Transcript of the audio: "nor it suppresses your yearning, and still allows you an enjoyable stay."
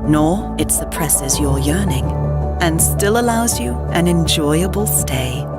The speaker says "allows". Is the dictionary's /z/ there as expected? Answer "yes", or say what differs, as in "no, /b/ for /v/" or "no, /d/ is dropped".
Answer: yes